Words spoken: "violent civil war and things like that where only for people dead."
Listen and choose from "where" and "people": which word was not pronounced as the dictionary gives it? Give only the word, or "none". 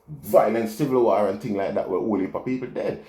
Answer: where